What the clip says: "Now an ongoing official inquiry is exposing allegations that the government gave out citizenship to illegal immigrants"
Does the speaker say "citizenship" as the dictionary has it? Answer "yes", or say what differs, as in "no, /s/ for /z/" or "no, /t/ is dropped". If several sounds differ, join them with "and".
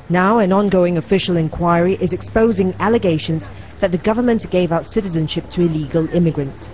yes